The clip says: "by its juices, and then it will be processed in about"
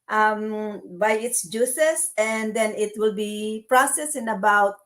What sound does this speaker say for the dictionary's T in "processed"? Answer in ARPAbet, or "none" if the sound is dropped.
none